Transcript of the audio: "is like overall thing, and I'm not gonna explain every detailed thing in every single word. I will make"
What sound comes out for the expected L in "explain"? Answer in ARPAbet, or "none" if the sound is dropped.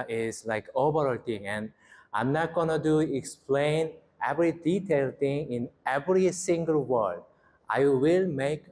L